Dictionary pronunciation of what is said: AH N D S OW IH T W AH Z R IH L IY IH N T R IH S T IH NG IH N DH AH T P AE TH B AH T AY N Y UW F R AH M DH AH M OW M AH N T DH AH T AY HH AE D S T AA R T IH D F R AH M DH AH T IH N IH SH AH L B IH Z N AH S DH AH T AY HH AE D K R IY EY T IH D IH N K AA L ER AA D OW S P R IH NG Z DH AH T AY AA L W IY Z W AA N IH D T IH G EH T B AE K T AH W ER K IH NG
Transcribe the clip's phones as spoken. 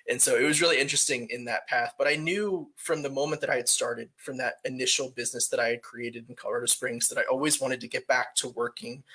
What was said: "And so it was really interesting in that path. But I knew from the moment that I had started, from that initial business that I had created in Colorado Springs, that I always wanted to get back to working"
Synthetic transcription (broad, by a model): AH N S OW IH T W AH Z R IH L IY IH N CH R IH S T IH NG IH N DH AH T P AE TH B AH T AY N Y UW F R AH M DH AH M OW M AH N DH AH T AY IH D S T AA R T IH D F R AH M DH AH T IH N IH SH L B IH Z N AH S DH AH T AY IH D K R IY EY T IH D N K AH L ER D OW S P R IH NG Z DH AH T AY AA L W IY Z W AA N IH D T IH G EH T B AE K T AH W ER K IH NG